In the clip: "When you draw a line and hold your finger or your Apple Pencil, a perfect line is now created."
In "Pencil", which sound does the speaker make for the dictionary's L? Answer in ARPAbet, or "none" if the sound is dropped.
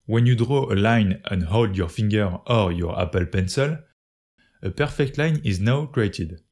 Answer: L